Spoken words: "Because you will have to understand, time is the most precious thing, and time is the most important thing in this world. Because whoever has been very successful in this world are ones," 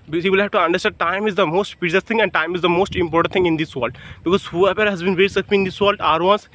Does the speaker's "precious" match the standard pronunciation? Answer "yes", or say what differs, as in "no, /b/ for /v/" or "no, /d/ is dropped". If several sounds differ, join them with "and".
no, /ʃ/ is dropped